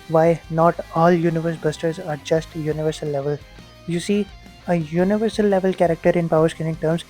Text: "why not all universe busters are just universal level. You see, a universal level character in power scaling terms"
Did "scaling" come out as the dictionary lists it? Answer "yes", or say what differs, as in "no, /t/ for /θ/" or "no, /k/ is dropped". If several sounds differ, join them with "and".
no, /n/ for /l/